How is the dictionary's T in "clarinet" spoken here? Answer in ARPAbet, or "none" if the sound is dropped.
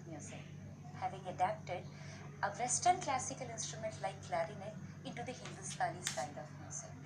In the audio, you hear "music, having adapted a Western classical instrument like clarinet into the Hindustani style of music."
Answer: none